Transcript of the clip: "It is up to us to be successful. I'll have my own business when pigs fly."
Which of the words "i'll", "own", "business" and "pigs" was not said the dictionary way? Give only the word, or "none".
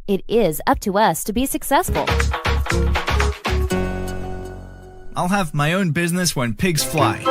none